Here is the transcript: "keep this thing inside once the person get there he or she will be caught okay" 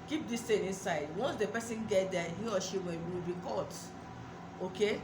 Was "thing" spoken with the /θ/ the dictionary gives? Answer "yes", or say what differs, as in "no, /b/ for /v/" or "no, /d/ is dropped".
no, /t/ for /θ/